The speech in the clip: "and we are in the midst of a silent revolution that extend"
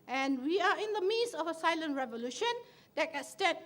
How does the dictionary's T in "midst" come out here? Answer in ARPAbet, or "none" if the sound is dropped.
none